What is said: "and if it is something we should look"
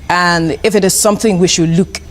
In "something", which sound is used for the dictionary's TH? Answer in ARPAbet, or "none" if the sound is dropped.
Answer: TH